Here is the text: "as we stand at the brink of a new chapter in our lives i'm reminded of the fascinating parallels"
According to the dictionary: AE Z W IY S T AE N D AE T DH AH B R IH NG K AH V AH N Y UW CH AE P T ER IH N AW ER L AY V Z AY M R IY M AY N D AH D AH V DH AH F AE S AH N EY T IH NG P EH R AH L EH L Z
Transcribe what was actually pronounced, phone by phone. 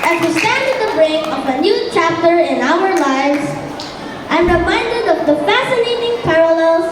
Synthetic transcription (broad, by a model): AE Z W IY S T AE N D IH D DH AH B R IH K AH V AH N Y UW CH AE P T ER IH N AW ER L AY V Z AY M R IY M AY N D AH D AH V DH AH F AE S AH N EY T IH NG P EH R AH L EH L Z